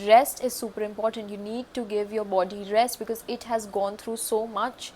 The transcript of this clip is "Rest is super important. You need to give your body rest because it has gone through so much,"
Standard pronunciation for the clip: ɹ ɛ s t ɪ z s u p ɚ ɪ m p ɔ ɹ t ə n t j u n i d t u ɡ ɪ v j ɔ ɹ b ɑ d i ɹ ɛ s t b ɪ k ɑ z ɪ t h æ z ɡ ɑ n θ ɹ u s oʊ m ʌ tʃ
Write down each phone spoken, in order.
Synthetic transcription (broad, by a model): ɹ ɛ s t ɪ z s u p ɚ ɪ m p ɔ ɹ t ə n t j u n i d t u ɡ ɪ v j ɔ ɹ b ɑ d i ɹ ɛ s t b ɪ k ɑ z ɪ t h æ z ɡ ɑ n t ɹ u s oʊ m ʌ tʃ